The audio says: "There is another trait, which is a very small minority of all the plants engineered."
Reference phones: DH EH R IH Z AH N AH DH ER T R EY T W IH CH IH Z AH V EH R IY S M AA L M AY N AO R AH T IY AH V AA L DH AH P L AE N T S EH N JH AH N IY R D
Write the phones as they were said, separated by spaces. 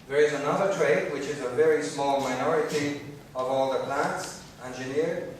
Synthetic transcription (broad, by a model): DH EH R IH Z AH N AH DH ER T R EY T W IH CH IH Z AH V EH R IY S M AA L M AY N AO R AH T IY AH V AA L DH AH P L AE N T S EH N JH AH N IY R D